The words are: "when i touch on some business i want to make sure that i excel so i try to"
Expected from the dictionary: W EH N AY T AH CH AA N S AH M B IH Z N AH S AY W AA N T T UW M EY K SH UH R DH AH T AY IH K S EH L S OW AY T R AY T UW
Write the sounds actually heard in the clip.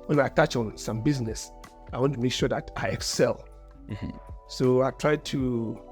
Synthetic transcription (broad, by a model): W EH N AY T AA CH AA N S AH M B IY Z N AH S AY W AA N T T UW M EY K SH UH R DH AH T AY IH K S EH L S OW AY T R AY T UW